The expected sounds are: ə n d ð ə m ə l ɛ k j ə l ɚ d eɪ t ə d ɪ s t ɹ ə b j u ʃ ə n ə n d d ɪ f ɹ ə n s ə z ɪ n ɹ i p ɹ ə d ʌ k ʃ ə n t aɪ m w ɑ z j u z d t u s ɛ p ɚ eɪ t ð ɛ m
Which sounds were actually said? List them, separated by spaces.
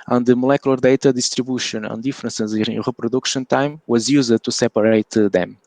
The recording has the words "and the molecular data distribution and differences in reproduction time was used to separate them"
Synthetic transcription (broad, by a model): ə n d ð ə m ə l ɛ k j ə l ɚ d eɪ t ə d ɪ s t ɹ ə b j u ʃ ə n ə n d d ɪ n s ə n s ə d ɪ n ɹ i p ɹ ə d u k ʃ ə n t aɪ m w ɑ z j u z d t u s ɛ p ɚ eɪ t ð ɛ m